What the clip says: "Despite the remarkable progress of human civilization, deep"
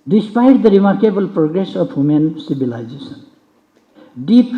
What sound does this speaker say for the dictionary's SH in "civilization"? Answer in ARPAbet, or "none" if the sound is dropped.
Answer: S